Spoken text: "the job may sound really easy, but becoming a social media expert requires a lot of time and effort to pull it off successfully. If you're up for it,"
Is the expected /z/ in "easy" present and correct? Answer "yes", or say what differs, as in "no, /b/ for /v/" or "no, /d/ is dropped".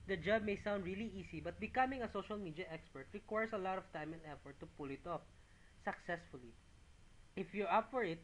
no, /s/ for /z/